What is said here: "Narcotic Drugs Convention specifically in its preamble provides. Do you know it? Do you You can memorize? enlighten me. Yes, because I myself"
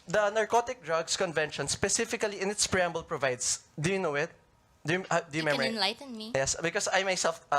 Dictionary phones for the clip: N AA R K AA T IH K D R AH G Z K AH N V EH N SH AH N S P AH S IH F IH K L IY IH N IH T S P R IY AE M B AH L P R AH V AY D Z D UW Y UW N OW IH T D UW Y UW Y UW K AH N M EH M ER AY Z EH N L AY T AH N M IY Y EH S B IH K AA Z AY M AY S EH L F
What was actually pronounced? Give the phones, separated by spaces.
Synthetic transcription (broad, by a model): N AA R K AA T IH K D R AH G S K AH N V EH N SH AH N S P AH S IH F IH K L IY IH N IH T S P R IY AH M B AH L P R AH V AY D S D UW Y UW N OW IH T D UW Y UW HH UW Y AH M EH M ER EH N L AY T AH N M IY Y EH S B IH K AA S AY M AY S EH L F